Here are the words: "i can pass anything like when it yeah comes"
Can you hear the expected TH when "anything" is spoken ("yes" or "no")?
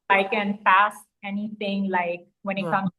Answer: no